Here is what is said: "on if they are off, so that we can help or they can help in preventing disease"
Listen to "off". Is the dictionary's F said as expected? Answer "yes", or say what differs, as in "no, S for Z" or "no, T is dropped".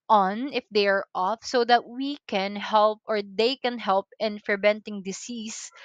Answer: yes